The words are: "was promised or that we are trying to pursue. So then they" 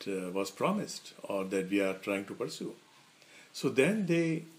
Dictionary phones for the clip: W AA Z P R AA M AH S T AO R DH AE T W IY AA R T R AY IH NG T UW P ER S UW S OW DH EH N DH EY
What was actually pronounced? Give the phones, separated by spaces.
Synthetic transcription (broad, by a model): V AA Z P R AA M AH S T AO R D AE T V IY AA R T R AY IH NG T UW P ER S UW S OW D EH N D EY